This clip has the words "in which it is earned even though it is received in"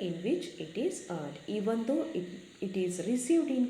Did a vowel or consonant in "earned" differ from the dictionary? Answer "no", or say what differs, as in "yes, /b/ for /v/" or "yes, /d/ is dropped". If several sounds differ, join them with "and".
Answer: yes, /n/ is dropped